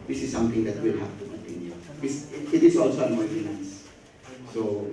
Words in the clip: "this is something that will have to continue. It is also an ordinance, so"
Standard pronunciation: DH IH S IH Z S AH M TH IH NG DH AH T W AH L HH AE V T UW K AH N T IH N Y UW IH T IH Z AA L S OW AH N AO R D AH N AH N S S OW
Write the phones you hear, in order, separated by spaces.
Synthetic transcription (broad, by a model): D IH S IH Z S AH M T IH NG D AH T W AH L HH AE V T UW K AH N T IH N Y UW IH T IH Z AA L S OW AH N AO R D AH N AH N S S OW